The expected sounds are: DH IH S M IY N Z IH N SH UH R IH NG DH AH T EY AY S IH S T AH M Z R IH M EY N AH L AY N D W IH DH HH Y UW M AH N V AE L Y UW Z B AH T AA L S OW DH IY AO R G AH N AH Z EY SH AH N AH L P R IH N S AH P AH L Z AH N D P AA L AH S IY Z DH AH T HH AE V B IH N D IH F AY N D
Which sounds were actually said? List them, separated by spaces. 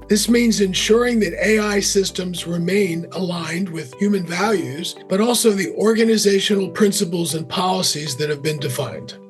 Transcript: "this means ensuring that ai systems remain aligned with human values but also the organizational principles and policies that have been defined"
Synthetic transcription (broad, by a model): DH IH S M IY N Z IH N SH UH R IH NG DH AH T EY AY S IH S T AH M Z R IH M EY N AH L AY N D W IH DH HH Y UW M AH N V AE L Y UW Z B AH T AA L S OW DH IY AO R G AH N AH Z EY SH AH N L P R IH N S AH P L Z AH N P AA L AH S IY Z DH AH T HH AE V B IH N D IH F AY N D